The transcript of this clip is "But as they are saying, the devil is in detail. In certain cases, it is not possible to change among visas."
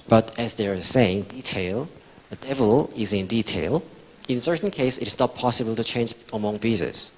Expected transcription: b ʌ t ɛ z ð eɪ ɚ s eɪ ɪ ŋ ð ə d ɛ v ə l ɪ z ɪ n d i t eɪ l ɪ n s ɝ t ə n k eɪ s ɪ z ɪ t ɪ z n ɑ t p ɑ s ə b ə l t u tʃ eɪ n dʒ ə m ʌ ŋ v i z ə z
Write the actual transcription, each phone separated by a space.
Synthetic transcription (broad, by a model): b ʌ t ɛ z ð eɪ ɚ s eɪ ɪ ŋ ð ə d ɛ v ə l ɪ z ɪ n d i t eɪ l ɪ n s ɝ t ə n k eɪ ɪ s ɪ t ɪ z n ɑ t p ɑ s ə b ə l t u tʃ eɪ n dʒ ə m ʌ ŋ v i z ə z